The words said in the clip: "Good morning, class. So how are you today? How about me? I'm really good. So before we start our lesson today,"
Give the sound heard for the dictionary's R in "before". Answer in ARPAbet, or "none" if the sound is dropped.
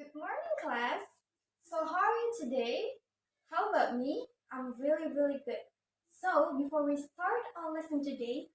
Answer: R